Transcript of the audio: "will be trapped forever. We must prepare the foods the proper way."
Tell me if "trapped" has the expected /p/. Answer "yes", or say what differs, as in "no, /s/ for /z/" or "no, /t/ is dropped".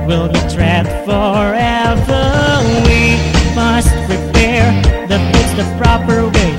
no, /p/ is dropped